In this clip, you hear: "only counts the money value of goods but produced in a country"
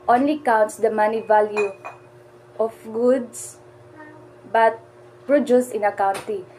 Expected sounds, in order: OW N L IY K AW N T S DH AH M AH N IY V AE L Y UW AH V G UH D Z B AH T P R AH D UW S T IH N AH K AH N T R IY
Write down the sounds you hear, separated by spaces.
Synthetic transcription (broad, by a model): OW N L IY K AW N T S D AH M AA N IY V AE L Y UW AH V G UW D S B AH T P R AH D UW S IH N AH K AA N T IY